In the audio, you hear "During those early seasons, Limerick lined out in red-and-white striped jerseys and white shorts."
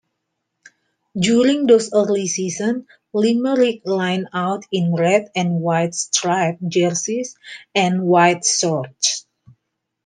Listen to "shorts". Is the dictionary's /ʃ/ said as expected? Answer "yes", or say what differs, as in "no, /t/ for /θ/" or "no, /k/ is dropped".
no, /s/ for /ʃ/